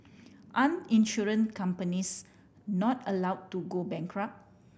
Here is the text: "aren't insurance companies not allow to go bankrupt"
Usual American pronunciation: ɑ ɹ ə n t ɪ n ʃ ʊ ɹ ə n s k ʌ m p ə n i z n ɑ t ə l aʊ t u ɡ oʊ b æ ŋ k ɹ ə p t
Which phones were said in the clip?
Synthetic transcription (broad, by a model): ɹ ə n ɪ n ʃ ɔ ɹ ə n k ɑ m p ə n i s n ɑ t ə l aʊ t u ɡ oʊ b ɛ ŋ k ɹ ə p